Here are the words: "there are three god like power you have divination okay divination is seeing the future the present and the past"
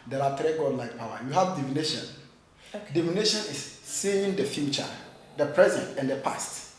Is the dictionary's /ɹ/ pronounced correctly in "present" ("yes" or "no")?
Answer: yes